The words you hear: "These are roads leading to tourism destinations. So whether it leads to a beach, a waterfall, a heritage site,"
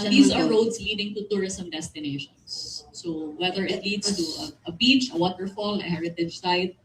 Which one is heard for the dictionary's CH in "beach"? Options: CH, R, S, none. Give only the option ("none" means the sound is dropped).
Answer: CH